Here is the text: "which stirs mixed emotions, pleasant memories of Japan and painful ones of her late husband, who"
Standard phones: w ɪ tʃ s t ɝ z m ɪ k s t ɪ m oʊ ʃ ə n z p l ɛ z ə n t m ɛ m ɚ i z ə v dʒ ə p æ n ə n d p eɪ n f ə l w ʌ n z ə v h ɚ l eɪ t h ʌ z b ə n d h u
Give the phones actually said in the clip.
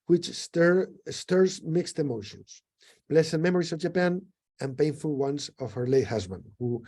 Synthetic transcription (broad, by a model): w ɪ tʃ s t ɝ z m ɪ k s t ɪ m oʊ ʃ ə n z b l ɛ s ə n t m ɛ m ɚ i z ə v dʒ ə p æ n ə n p eɪ n f ə l w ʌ n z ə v h ɚ l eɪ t h ʌ z b ə n d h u